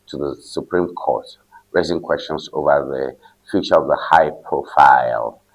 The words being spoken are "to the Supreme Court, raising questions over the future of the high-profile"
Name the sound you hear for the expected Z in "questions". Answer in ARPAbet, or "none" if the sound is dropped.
S